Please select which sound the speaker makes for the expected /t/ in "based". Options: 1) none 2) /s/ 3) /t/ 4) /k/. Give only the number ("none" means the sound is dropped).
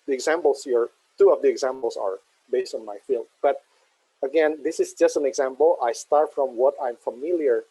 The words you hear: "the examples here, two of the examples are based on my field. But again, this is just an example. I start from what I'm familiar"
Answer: 3